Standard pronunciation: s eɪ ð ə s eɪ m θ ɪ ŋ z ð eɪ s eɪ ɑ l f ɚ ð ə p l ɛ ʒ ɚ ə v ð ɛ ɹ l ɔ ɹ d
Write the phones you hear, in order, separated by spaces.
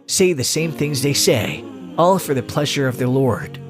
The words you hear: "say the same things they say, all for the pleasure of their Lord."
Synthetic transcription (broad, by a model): s eɪ ð ə s eɪ m θ ɪ ŋ z ð eɪ s eɪ ɑ l f ɚ ð ə p l ɛ ʒ ɚ ə v ð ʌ ɹ l ɔ ɹ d